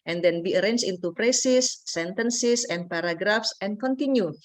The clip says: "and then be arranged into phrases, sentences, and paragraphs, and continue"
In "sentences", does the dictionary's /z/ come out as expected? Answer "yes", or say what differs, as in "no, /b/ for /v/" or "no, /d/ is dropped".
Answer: no, /s/ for /z/